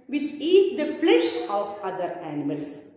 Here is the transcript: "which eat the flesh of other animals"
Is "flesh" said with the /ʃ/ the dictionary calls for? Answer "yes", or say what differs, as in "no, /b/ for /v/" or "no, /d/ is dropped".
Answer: yes